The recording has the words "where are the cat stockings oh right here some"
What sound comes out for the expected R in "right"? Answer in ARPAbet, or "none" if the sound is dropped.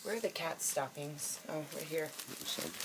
W